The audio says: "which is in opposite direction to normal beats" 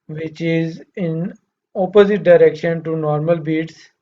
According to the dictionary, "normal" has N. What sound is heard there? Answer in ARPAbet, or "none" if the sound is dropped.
N